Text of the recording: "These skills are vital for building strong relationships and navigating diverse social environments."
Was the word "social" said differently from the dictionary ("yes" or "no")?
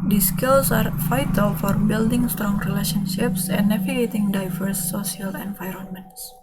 yes